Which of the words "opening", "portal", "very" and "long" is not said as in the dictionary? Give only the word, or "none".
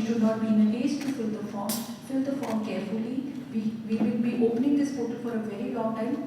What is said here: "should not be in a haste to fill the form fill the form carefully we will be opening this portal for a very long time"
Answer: portal